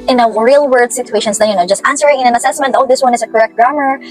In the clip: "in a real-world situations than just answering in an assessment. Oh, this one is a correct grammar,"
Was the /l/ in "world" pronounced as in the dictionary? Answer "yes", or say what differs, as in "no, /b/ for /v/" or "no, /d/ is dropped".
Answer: no, /l/ is dropped